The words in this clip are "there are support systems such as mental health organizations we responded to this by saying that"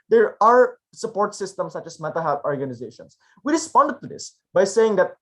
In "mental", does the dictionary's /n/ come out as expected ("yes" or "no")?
no